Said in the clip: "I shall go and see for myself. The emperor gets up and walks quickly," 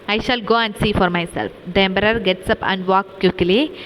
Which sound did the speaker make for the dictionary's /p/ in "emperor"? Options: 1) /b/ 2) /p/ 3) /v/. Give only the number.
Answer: 1